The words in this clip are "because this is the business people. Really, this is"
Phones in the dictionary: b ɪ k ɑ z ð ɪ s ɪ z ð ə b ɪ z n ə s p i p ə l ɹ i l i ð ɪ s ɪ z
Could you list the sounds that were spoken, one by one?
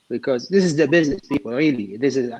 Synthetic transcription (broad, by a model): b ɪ k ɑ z ð ɪ s ɪ z ð ə b ɪ z n ə s p i p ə l ɹ i l i ð ɪ s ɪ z